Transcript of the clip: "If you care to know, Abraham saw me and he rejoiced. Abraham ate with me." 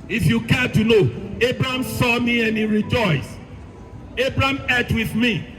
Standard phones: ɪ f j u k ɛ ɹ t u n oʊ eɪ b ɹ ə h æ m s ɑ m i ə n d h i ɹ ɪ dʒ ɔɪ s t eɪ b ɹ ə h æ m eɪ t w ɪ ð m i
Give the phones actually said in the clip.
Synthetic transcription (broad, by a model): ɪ f j u k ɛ t u n oʊ eɪ b ɹ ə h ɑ m s ɑ m i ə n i ɹ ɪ dʒ ɔɪ s eɪ b ɹ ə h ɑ m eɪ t w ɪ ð m i